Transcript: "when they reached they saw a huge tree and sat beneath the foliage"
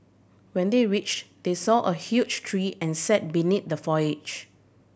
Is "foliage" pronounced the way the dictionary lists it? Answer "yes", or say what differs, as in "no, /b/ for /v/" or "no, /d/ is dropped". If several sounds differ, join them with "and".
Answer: no, /l/ is dropped